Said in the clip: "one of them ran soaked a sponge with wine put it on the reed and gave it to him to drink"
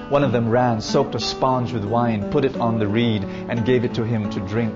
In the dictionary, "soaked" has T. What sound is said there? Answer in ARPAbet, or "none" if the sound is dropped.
T